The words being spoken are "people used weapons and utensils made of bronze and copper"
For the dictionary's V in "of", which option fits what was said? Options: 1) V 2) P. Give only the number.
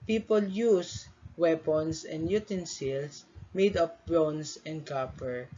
2